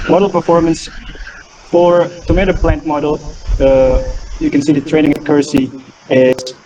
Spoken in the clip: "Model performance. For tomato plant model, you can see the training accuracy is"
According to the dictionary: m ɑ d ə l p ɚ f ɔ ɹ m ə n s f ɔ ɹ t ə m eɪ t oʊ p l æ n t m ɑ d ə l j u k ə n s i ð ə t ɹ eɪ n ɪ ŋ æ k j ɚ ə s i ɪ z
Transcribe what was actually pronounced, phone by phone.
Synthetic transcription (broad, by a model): m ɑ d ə l p ɚ f ɔ ɹ m ə n s f ɔ ɹ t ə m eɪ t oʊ p l æ n t m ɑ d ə l j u k ə n s i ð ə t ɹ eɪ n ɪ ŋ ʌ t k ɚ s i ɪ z